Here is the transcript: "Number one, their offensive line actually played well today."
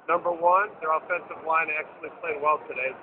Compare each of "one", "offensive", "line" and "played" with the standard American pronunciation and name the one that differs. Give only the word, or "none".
none